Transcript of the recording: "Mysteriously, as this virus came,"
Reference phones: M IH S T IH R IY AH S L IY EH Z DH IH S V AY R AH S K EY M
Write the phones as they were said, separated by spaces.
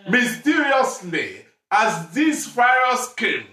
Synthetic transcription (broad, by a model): M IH S T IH R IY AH S L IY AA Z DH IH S F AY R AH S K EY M